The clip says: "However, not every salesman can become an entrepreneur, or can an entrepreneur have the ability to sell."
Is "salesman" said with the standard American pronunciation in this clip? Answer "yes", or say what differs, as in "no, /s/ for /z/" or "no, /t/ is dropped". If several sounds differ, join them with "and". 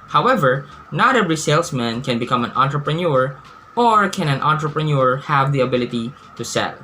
no, /s/ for /z/